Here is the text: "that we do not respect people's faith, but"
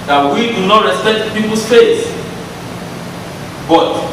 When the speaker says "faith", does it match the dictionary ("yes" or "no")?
no